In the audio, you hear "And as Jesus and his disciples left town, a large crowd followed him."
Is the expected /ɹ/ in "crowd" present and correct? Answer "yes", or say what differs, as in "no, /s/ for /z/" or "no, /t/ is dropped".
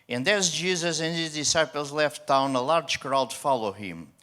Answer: yes